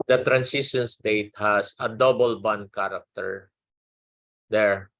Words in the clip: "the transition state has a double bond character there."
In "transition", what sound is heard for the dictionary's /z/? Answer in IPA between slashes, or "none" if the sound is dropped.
/s/